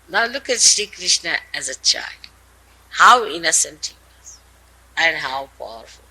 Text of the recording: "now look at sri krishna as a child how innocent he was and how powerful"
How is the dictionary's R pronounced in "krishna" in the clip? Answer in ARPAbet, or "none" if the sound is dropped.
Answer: R